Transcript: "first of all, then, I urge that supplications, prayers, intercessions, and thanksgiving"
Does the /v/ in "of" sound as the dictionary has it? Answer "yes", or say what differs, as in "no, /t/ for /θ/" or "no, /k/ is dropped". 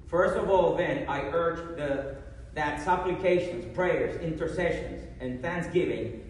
yes